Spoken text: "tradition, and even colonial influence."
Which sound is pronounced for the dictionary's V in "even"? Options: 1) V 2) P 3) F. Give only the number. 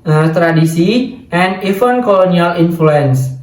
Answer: 3